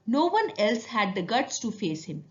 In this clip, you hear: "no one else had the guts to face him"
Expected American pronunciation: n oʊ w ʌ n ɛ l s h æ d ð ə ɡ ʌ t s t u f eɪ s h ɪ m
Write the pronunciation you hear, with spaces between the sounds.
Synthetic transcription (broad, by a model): n oʊ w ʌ n ɛ l s h æ d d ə ɡ ʌ t s t u f eɪ s h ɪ m